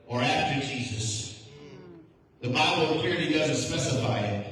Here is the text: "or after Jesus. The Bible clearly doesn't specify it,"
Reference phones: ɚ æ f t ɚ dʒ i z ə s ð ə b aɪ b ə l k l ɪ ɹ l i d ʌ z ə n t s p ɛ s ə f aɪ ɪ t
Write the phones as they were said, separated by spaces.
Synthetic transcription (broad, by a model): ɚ æ f t ɚ dʒ i z ə s ð ə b aɪ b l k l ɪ ɹ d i d ʌ z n t s p ɛ s ə f aɪ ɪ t